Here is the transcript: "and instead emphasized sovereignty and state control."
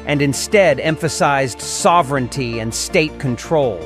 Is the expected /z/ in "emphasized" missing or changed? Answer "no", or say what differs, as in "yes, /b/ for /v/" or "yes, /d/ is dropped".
no